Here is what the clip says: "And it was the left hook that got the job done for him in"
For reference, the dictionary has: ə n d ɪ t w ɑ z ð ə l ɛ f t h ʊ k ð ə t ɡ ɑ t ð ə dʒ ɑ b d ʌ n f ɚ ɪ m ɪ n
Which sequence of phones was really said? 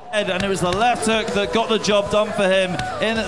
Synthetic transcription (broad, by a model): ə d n ɪ t w ɑ z ð ə l ɛ f t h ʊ k ð ə t ɡ ɑ t ð ə dʒ ɑ b d ʌ n f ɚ ɪ m ɪ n